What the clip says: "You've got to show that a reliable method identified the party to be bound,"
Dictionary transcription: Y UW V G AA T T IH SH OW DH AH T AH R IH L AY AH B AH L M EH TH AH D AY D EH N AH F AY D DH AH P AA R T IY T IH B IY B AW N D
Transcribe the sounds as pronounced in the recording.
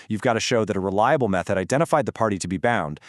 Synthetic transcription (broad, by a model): Y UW V G AA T T IH SH OW DH AH T AH R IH L AY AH B L M EH TH AH D AY D EH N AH F AY D DH AH P AA R T IY T IH B IY B AW N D